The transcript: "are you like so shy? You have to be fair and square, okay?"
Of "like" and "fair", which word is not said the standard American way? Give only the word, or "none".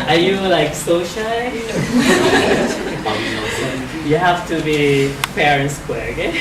fair